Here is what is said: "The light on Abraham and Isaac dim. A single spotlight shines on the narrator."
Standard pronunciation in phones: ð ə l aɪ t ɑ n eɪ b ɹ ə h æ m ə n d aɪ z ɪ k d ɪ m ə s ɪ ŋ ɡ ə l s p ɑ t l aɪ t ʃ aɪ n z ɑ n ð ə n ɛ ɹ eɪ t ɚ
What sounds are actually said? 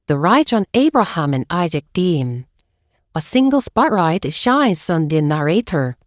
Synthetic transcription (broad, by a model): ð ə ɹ aɪ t n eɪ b ɹ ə h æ m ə n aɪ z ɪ k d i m ə s ɪ ŋ ɡ ə l s p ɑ t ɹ aɪ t ʃ aɪ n s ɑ n ð ə n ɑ ɹ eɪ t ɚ